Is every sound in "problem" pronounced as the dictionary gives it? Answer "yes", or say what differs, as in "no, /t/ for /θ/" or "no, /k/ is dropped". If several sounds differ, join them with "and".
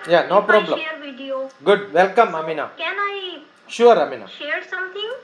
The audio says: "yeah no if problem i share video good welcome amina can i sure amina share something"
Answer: no, /m/ is dropped